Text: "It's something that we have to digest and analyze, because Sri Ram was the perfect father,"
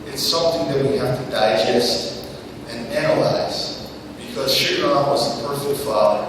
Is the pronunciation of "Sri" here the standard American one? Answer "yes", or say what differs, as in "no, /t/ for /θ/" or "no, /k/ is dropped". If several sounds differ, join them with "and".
no, /ɹ/ is dropped